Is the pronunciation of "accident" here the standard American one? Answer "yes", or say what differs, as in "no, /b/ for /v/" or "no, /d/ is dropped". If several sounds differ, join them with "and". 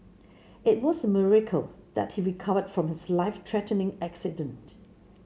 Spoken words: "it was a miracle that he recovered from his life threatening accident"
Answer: yes